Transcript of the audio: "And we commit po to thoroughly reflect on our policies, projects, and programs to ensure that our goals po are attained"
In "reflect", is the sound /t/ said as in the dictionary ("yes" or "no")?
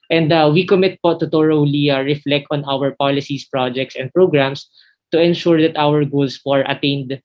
yes